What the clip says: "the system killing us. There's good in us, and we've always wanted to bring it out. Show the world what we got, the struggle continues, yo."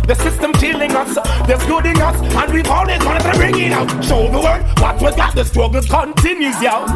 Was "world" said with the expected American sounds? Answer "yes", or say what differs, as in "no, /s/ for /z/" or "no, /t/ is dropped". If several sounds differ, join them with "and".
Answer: no, /l/ is dropped